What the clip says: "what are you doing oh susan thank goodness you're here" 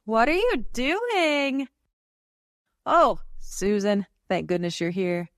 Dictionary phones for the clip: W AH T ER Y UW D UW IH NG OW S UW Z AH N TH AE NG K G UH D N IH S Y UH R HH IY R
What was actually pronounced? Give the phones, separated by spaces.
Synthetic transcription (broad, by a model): W AH T ER Y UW D UW IH NG OW S UW Z AH N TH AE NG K G UH D N IH S Y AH R HH IY R